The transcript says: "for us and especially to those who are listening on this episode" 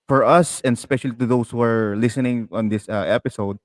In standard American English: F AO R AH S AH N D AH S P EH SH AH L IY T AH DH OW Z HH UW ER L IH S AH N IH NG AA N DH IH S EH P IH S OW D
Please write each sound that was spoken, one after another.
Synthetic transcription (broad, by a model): F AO R AH S AH N D AH S P EH SH AH L IY T AH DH OW S HH UW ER L IH S AH N IH NG AA N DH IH S EH P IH S OW D